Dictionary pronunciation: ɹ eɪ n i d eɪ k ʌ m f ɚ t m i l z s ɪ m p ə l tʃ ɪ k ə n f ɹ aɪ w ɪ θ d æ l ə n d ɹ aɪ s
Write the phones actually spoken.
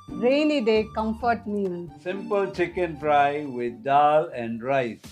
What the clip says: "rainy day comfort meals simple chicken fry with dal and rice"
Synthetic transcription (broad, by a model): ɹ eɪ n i d eɪ k ʌ m f ɚ t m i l s ɪ m p ə l tʃ ɪ k ə n p ɹ aɪ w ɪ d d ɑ l ə n d ɹ aɪ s